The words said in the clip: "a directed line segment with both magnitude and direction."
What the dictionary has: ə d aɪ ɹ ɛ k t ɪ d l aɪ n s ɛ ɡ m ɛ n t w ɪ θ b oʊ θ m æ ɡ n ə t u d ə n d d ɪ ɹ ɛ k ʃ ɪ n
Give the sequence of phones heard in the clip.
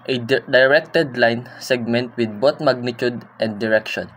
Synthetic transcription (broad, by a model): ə d aɪ ɹ ɛ k t ɪ d l aɪ n s ɛ ɡ m ɛ n t w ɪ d b oʊ t m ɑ ɡ n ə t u d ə n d d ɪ ɹ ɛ k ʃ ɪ n